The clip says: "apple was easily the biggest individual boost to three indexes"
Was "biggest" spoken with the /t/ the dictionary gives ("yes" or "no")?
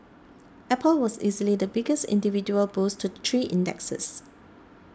yes